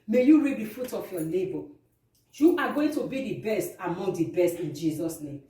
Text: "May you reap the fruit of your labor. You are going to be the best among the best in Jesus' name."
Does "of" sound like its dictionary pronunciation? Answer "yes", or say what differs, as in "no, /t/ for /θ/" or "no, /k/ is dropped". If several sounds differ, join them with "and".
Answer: no, /f/ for /v/